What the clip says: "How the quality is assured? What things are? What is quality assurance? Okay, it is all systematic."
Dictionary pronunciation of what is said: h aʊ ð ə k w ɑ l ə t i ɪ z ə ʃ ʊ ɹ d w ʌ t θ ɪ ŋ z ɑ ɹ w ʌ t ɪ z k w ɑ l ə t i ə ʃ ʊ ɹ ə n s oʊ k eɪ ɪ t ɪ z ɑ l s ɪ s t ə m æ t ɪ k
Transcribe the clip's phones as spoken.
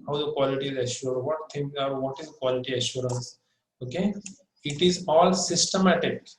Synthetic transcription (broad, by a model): h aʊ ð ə k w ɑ l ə t i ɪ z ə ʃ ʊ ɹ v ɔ t t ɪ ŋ ɑ ɹ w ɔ t ɪ z k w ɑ l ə t i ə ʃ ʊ ɹ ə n s oʊ k eɪ ɪ t ɪ z ɑ l s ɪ s t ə m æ t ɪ k